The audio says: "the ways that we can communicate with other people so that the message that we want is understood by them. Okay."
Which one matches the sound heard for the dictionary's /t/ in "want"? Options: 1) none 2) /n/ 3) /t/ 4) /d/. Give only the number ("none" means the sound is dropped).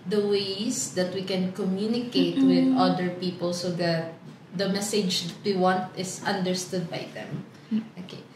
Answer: 3